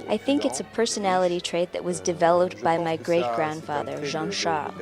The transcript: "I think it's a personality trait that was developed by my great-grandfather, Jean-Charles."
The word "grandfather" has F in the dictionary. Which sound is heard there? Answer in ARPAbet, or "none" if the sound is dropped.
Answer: F